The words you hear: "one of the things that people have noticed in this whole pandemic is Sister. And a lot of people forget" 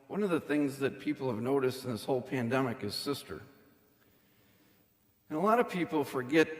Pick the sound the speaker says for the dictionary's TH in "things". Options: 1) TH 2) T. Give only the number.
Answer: 1